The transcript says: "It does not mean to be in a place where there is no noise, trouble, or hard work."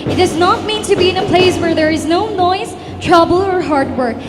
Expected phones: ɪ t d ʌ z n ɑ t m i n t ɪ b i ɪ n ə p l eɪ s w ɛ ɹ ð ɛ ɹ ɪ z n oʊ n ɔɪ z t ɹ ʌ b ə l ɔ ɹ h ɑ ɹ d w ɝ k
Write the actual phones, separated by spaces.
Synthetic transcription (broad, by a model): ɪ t d ʌ z n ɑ t m i n t ɪ b i ɪ n ə p l eɪ s w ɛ ɹ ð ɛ ɹ ɪ z n oʊ n ɔɪ z t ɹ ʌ b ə l ɔ ɹ h ɑ ɹ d w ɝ k